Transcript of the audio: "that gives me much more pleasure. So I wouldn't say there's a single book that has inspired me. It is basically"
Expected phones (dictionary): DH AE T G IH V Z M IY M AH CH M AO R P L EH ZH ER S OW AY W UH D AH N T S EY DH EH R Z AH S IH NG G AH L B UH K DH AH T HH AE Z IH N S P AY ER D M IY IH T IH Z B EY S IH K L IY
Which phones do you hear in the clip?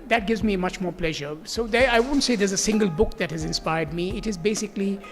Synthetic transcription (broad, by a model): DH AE T G IH V Z M IY M AH CH M AO R P L EH ZH ER S OW AY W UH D N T S EY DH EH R Z AH S IH NG G AH L B UH K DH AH T HH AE Z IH N S P AY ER D M IY IH T IH Z B EY S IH K L IY